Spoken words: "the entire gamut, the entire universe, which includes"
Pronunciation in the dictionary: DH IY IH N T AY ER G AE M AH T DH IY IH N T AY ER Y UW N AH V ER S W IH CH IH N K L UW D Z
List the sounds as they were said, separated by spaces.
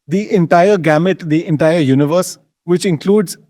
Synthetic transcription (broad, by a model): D IY IH N T AY ER G AE M AH T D IY IH N T AY ER Y UW N AH V ER S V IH CH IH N K L UW D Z